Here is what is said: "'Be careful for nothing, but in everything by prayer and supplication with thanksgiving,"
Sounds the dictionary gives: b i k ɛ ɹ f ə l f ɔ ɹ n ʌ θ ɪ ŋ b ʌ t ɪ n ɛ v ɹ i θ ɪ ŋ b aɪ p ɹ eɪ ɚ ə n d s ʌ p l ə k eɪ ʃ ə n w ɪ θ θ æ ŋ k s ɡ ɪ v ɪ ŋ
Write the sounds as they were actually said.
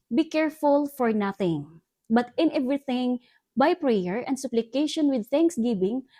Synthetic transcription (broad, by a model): b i k ɛ ɹ f ə l f ɔ ɹ n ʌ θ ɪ ŋ b ʌ t ɪ n ɛ v ɹ i θ ɪ ŋ b aɪ p ɹ eɪ ɚ ə n d s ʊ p l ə k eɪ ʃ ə n w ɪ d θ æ ŋ k s ɡ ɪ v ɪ ŋ